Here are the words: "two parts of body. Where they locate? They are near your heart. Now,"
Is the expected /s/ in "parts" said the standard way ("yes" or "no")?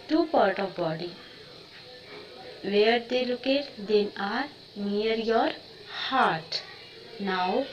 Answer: no